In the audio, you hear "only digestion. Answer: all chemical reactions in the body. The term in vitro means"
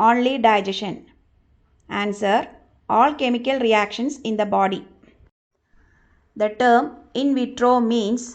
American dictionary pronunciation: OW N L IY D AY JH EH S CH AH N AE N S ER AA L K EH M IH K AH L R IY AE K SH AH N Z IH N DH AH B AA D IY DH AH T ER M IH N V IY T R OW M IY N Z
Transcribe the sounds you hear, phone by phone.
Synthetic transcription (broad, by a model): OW N L IY D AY JH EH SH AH N AE N S ER AA L K EH M IH K AH L R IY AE K SH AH N S IH N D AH B AA D IY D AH T ER M IH N V IY T R OW M IY N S